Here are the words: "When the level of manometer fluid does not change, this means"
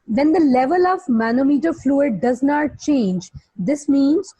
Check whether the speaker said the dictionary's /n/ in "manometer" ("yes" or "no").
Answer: yes